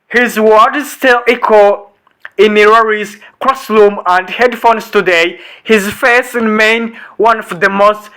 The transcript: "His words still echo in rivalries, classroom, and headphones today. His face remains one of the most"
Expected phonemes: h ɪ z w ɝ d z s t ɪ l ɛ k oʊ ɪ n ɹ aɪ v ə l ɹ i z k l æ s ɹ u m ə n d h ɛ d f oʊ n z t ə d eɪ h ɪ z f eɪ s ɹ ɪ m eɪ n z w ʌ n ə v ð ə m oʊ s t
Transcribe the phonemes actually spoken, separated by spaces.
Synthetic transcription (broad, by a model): h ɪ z w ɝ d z s t ɪ l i k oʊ ɪ n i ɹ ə ɹ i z k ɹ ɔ s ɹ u m ə n d h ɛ d f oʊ n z t ə d eɪ h ɪ z f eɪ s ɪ m eɪ n w ʌ n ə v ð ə m oʊ s t